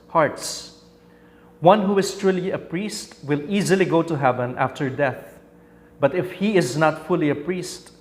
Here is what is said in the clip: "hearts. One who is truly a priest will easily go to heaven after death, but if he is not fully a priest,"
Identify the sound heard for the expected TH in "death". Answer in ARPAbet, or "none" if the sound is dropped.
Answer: TH